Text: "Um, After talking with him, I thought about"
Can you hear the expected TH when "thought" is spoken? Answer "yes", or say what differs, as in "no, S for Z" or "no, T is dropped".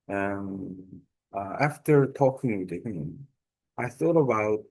yes